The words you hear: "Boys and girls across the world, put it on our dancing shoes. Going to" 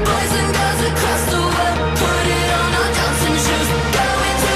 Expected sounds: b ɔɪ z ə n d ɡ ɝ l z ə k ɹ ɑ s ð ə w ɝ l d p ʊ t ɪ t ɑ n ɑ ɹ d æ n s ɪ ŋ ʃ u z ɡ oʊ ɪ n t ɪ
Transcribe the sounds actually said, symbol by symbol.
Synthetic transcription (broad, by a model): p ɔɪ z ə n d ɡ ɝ z ə k ɹ ɑ s ð ə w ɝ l p ʊ t ɪ t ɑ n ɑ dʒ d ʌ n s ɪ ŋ ʃ u z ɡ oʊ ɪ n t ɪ